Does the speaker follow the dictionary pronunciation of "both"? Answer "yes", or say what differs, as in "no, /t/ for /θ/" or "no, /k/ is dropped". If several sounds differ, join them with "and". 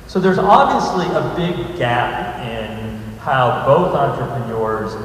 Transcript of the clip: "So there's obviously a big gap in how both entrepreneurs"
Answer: yes